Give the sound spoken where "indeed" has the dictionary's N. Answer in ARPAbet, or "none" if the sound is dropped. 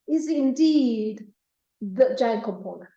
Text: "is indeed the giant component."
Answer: N